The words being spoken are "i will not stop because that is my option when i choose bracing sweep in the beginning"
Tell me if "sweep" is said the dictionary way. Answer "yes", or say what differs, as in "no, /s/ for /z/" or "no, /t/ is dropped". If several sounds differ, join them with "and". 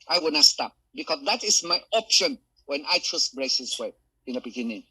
no, /p/ is dropped